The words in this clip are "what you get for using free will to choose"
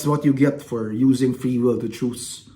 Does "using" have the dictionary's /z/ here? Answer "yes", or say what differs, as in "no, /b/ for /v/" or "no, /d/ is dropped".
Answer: yes